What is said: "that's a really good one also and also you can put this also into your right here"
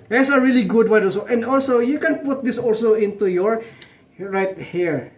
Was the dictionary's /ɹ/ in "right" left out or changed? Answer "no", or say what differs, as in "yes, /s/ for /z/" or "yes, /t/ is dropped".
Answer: no